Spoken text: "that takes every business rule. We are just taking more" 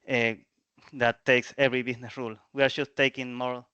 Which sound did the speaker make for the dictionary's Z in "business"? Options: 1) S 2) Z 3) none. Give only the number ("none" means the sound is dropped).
1